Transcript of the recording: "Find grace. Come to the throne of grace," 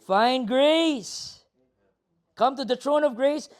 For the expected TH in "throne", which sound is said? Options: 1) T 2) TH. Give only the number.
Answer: 1